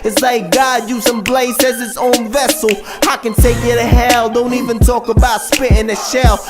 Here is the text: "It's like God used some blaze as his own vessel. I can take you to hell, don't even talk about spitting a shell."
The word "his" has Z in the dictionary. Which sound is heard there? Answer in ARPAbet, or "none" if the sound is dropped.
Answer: S